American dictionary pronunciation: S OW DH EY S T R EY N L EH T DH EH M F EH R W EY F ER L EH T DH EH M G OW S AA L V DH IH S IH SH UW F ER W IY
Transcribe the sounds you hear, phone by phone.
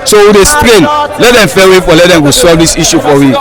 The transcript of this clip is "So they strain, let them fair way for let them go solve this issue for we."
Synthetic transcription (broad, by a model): S OW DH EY S T R EY N L EH T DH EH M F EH W EY F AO L EH T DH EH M G OW S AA V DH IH S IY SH UW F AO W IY